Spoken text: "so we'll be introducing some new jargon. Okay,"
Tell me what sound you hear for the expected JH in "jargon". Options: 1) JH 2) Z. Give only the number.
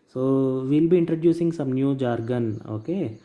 1